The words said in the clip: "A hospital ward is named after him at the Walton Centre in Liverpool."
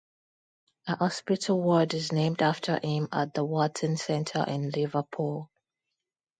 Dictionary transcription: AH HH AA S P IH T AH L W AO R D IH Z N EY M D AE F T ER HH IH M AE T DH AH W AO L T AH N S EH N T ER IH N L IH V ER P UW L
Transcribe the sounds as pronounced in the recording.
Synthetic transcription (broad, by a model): AH HH AA S P IH T AH L W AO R D IH Z N EY M D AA F T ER HH IH M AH T DH AH W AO T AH N S EH N T ER IH N L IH V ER P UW L